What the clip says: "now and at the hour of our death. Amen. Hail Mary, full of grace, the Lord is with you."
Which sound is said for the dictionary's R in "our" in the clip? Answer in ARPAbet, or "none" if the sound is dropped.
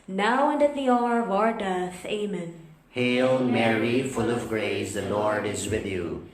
R